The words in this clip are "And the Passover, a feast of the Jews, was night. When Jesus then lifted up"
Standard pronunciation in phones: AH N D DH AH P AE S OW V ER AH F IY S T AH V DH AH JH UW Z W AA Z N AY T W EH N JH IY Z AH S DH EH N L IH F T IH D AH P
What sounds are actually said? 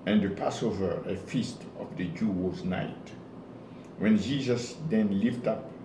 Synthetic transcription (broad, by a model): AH N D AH P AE S OW V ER AH F IY S T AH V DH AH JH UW W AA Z N AY T W EH N JH IY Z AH S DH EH N L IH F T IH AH P